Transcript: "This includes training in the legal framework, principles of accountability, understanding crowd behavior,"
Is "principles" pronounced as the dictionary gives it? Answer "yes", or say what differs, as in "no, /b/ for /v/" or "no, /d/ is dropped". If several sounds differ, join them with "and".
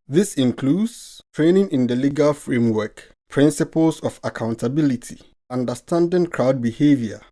no, /s/ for /z/